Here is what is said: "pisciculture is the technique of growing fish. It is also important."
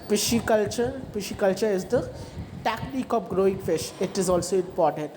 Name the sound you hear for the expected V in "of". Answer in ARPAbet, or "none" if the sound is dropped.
P